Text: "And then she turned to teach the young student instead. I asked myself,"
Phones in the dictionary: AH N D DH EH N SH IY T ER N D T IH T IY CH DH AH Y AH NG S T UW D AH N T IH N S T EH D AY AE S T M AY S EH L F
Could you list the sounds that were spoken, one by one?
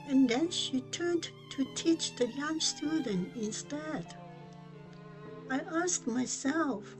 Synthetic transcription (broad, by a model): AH N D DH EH N SH IY T ER N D T IH T IY CH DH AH Y AH NG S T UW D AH N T IH N S T EH D AY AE S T M AY S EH L F